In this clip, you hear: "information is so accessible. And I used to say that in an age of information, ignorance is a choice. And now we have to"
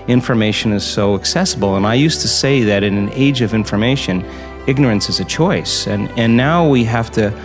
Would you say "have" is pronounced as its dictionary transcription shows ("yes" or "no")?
no